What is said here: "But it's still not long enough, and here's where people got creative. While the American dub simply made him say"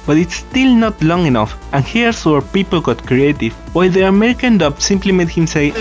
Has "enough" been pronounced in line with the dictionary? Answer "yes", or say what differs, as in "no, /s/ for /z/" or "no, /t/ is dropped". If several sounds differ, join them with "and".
yes